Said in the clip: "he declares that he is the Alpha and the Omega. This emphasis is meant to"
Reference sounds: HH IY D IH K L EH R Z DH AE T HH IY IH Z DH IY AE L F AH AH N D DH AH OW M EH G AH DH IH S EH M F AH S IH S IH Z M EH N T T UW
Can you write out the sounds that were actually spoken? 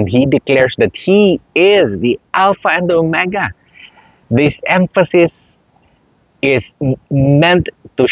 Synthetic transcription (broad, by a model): HH IY D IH K L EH R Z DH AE T HH IY IH Z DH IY AE L F AH AH N D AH OW M EH G AH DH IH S EH M F AH S IH S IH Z M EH N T T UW